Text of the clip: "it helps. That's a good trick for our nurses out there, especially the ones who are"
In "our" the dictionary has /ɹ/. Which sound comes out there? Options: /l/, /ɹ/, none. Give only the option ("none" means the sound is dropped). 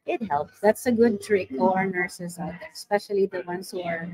/ɹ/